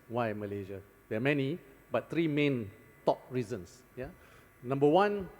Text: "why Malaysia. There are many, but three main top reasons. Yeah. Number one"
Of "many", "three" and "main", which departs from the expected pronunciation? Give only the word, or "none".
three